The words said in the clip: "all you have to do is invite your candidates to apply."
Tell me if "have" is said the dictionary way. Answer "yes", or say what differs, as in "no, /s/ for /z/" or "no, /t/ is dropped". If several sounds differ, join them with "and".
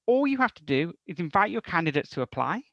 no, /f/ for /v/